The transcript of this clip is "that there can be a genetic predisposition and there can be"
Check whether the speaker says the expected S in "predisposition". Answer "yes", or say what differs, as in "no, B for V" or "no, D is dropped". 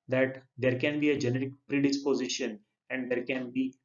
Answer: yes